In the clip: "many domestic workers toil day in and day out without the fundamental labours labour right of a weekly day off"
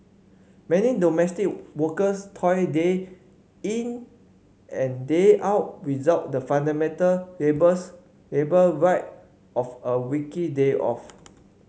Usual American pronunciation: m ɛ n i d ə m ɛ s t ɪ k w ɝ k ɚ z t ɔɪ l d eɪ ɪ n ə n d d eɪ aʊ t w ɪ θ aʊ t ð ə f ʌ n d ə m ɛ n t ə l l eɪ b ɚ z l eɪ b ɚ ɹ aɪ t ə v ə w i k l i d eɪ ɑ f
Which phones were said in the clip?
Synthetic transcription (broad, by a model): m ɛ n i d ə m ɛ s t ɪ k w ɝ k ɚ s t ɔɪ d eɪ ɪ n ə n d d eɪ aʊ t w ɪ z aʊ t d ə f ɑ n d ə m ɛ n t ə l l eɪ b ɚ s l eɪ b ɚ ɹ aɪ t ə f ə w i k i d eɪ ɑ f